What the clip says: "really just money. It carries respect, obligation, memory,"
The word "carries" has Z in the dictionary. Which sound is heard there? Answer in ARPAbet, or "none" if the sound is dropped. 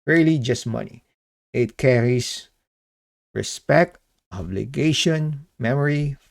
S